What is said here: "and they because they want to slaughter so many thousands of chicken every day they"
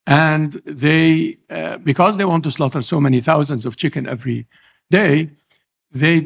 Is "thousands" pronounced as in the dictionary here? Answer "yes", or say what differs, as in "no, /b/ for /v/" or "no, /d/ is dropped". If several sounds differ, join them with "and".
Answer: yes